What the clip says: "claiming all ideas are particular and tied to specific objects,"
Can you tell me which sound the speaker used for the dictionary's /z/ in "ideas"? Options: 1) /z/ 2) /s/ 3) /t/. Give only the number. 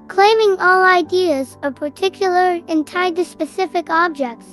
1